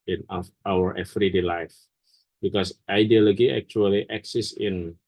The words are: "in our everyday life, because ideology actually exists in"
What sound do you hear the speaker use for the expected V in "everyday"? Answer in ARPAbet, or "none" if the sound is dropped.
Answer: F